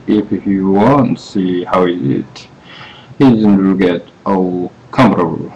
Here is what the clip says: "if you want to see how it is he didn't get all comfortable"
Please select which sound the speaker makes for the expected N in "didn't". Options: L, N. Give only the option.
L